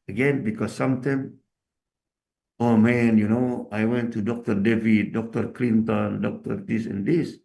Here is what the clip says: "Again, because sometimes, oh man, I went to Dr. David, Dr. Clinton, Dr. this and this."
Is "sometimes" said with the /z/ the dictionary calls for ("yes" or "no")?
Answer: no